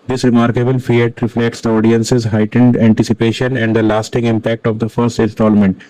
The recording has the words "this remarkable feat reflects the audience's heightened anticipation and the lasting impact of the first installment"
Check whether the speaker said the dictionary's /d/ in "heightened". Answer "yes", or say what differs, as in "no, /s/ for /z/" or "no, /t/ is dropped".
yes